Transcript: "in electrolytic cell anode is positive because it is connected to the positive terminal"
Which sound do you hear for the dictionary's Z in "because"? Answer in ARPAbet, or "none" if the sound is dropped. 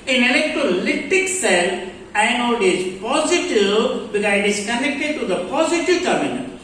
none